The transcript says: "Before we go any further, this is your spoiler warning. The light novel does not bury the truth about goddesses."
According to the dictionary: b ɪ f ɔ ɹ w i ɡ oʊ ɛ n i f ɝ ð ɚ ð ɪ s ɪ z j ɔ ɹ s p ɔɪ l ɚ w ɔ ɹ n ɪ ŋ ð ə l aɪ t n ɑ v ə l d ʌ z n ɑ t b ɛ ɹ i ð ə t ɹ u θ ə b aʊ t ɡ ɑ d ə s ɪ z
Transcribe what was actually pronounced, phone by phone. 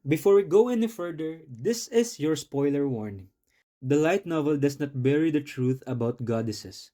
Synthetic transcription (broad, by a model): b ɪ f ɔ ɹ w i ɡ oʊ ɛ n i f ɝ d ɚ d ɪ s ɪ s j ɔ ɹ s p ɔɪ l ɚ w ɔ ɹ n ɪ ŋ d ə l aɪ t n ɑ v ə l d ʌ s n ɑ t b ɛ ɹ i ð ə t ɹ u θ ə b aʊ t ɡ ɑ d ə s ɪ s